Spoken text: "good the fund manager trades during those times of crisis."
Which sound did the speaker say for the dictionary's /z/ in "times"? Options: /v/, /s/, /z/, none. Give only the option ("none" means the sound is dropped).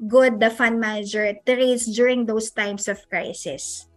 /s/